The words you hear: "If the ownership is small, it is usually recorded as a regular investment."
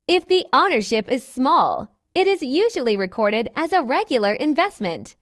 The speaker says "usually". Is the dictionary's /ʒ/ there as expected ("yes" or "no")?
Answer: yes